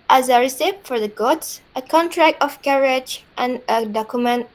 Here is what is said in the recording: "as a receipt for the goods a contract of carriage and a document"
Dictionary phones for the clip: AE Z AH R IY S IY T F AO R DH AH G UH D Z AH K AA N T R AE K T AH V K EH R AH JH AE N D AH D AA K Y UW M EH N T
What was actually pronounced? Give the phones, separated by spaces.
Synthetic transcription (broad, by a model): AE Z AH R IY S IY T F AO R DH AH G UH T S AH K AA N T R AE K T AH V K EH R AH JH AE N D AH D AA K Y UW M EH N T